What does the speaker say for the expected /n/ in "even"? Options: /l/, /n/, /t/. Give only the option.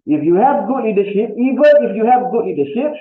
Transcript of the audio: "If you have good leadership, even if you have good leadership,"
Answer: /l/